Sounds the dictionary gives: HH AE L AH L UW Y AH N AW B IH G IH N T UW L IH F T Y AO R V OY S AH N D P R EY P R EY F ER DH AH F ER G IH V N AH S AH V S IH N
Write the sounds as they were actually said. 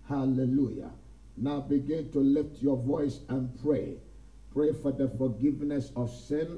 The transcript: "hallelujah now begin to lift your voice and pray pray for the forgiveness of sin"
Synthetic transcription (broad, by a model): HH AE L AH L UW Y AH N AW B IH G IH N T UW L IH F T Y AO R V OY S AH N P R EY P R EY F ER DH AH F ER G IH V N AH S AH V S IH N